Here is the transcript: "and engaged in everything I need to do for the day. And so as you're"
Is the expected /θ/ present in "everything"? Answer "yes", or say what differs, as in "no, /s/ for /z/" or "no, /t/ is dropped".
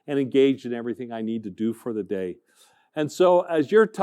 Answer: yes